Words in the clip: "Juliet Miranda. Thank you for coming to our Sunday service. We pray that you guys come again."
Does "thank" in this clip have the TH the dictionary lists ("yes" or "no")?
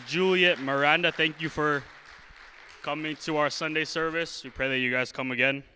yes